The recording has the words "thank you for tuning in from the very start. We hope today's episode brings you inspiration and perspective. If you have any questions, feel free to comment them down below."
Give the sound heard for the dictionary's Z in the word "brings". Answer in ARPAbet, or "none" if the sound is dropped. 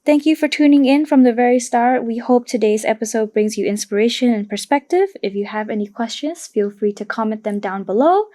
Z